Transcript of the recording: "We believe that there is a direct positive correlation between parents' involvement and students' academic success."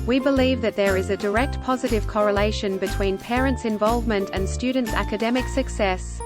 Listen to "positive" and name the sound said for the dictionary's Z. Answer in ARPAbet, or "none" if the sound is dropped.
Z